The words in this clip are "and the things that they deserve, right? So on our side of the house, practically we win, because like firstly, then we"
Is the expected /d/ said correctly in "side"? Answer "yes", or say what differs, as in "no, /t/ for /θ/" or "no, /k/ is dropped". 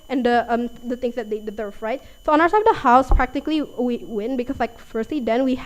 no, /d/ is dropped